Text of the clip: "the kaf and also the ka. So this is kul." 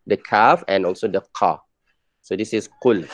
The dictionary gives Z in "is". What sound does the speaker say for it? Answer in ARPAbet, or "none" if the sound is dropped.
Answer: S